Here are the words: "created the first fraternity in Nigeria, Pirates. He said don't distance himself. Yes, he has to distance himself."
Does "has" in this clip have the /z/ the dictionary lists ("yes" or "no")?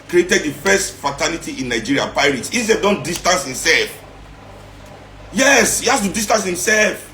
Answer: no